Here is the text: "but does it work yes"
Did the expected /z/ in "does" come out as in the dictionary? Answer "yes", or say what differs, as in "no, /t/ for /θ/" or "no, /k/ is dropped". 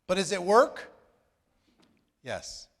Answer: yes